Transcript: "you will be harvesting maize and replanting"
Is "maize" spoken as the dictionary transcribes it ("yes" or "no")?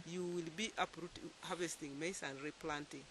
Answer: no